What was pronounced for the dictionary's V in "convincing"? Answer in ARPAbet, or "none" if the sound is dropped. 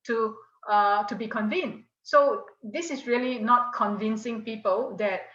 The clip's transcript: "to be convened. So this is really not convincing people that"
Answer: V